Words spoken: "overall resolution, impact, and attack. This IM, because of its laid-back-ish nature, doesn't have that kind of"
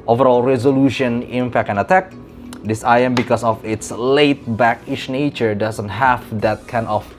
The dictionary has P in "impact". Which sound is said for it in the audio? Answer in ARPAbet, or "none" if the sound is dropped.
F